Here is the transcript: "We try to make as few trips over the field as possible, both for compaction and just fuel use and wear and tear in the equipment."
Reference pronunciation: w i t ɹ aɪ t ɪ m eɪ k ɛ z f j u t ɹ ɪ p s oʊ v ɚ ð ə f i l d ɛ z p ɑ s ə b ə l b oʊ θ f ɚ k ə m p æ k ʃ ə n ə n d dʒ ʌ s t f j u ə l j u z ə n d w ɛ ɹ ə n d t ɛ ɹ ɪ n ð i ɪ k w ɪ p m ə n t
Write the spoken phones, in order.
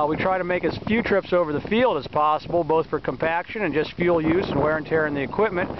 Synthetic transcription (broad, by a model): w i t ɹ aɪ t ɪ m eɪ k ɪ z f j u t ɹ ɪ p s oʊ v ɚ ð ə f i l d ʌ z p ɑ s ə b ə l b oʊ θ f ɚ k ə m p æ k ʃ ə n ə n dʒ ʌ s t f j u l j u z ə n w ɛ ɹ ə n t ɛ ɹ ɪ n ð i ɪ k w ɪ p m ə n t